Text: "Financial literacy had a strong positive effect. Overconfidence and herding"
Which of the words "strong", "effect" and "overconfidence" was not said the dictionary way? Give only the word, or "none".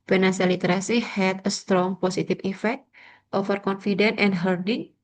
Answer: overconfidence